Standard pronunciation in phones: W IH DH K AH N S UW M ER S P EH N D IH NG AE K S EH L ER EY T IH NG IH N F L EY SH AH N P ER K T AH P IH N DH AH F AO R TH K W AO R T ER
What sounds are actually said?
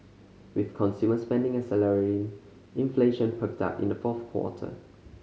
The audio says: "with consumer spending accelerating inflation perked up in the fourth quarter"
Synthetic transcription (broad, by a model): W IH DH K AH N S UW M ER S P EH N D IH NG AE S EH L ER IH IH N F L EY SH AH N P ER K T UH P IH N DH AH F AO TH K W AO T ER